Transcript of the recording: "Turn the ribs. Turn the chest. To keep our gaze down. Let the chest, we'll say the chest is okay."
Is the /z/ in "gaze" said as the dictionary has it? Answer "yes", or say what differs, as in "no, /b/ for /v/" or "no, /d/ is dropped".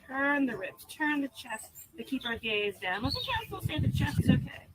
yes